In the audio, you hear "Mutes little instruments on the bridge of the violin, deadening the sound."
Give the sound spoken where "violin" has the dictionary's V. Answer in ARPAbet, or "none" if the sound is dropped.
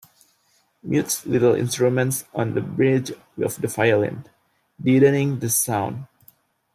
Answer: F